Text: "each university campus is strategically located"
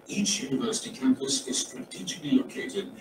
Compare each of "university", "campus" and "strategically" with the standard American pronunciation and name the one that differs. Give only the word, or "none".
none